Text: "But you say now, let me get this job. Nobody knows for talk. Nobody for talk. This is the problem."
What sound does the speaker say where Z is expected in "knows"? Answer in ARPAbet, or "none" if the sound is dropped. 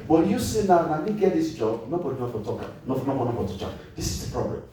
none